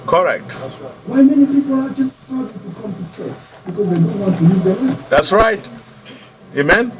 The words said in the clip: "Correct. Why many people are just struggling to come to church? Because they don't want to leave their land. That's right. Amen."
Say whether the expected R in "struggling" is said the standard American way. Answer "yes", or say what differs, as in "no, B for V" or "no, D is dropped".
no, R is dropped